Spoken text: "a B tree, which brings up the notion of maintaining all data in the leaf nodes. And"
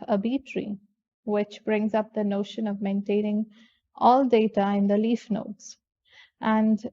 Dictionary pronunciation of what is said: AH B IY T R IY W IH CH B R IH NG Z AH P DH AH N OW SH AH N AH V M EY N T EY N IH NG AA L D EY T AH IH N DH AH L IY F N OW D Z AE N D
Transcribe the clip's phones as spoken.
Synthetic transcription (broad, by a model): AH B IY T R IY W IH CH B R IH NG Z AH P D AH N OW SH AH N AH V M EY N T EY N IH NG AA L D EY T AH IH N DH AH L IY F N OW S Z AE N D